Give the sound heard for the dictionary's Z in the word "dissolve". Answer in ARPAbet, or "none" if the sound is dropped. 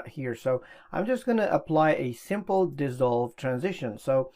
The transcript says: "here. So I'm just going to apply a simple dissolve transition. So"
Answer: Z